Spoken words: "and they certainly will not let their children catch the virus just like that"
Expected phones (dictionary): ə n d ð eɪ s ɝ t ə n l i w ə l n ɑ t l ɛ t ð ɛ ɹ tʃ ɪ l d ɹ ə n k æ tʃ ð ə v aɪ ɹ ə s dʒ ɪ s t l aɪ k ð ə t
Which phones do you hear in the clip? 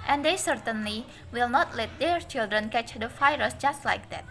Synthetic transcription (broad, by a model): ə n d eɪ s ɝ t ə n l i w ə l n ɑ t l ɛ t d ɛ ɹ tʃ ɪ l d ɹ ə n k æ tʃ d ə f aɪ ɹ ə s dʒ ɪ s t l aɪ k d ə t